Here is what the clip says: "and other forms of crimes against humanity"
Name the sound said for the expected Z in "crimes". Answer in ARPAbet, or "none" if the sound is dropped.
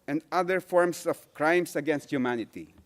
S